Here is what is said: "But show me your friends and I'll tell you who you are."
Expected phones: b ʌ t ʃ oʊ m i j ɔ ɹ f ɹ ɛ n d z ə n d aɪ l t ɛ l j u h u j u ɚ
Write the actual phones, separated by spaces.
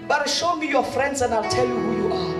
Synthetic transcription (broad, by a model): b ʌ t ʃ oʊ m i j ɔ f ɹ ɛ n d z ə n d aɪ l t ɛ l j u h u j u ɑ